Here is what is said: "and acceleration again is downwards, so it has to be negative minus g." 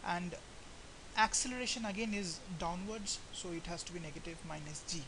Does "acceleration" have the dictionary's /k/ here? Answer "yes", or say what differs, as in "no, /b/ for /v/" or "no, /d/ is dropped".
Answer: yes